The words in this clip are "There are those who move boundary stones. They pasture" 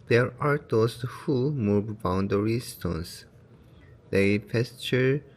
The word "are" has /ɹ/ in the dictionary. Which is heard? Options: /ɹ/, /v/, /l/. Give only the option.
/ɹ/